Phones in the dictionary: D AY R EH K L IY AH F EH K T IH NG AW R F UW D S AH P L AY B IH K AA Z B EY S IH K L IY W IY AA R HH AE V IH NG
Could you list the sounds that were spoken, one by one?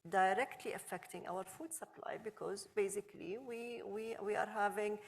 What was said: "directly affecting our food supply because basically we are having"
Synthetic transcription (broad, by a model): D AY R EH K L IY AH F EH K T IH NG AW R F UW D S AH P L AY B IH K AA Z B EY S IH K L IY W IY AA R HH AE V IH NG